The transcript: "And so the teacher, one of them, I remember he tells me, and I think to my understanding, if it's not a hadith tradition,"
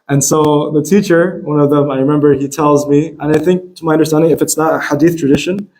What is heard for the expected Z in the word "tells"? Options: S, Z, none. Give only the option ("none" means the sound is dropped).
Z